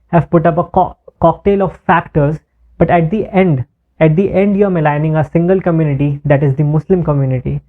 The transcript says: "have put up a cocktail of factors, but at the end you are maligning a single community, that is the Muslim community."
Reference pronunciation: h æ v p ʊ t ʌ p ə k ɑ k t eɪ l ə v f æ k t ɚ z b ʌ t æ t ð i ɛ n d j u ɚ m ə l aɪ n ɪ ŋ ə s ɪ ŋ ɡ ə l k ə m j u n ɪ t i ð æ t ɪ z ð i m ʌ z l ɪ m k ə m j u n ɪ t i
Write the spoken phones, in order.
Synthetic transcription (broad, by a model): h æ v p ʊ t ʌ p ə k ɑ k t eɪ l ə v f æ k t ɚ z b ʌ t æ t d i ɛ n d j u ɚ m ə l aɪ n ɪ ŋ ə s ɪ ŋ ɡ ə l k ə m j u n ɪ t i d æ t ɪ z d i m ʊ s l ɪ m k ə m j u n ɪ t i